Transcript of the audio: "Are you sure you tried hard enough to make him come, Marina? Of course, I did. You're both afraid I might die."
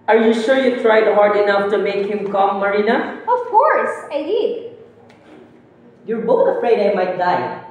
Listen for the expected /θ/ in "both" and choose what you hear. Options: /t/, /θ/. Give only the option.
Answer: /t/